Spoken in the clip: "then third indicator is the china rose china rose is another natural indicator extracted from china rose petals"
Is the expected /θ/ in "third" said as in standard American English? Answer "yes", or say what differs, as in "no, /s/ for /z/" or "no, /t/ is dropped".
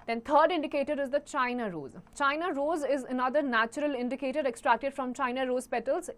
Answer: no, /t/ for /θ/